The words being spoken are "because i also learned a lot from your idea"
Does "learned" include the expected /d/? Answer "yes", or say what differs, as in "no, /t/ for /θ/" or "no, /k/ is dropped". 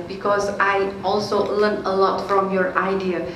no, /d/ is dropped